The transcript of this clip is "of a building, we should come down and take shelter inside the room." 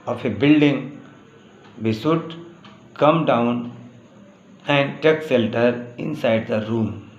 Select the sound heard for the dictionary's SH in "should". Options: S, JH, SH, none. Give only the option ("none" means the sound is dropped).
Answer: S